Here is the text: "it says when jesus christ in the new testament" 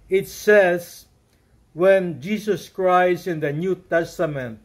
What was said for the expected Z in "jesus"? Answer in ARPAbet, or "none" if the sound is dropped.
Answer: S